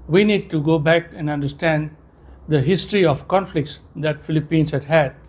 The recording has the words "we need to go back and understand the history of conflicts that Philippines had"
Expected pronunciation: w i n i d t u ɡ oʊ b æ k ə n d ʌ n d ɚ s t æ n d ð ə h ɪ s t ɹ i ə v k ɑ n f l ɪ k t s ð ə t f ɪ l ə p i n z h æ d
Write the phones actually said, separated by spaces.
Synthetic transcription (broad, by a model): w i n i d t u ɡ oʊ b æ k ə n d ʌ n d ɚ s t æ n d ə h ɪ s t ɹ i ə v k ɑ n f l ɪ k t s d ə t f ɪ l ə p i n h h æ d